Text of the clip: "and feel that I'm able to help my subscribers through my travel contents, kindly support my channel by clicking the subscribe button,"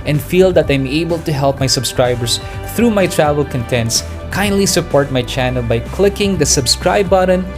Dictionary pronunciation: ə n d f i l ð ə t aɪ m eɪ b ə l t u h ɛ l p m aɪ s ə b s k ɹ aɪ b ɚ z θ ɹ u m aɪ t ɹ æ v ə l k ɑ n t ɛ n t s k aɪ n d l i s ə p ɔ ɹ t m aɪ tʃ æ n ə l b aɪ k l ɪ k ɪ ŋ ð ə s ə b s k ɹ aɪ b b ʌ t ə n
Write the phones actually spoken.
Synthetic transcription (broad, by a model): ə n d f i l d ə t aɪ m eɪ b ə l t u h ɛ l p m aɪ s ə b s k ɹ aɪ b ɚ s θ ɹ u m aɪ t ɹ æ v ə l k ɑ n t ɛ n t s k aɪ n d l i s ə p ɔ ɹ t m aɪ tʃ æ n ə l b aɪ k l ɪ k ɪ ŋ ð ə s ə b s k ɹ aɪ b b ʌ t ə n